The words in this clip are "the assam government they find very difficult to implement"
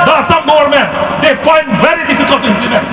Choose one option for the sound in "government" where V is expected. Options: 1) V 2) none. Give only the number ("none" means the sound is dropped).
2